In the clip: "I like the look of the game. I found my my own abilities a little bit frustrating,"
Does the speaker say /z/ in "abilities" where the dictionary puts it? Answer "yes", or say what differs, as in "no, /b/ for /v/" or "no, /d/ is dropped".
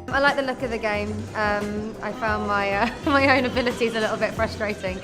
yes